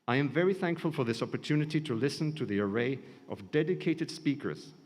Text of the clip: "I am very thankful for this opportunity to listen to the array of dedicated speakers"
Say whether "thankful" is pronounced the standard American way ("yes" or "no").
yes